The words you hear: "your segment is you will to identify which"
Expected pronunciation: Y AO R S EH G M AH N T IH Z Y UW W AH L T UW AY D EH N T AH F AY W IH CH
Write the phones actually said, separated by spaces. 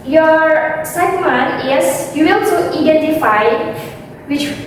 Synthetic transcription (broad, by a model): Y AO R S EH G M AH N IH S Y UW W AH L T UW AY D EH N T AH F AY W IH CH